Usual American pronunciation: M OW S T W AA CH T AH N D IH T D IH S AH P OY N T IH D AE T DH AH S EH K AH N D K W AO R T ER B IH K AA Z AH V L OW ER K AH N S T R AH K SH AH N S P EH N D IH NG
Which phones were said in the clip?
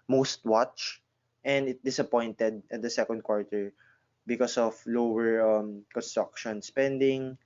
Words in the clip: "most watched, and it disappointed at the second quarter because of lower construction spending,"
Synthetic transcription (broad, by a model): M OW S T W AA CH T AH N D IH T D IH S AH P OY N T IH D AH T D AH S EH K AH N D K W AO R T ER B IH K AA S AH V L OW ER K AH N S T R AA K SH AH N S P EH N D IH NG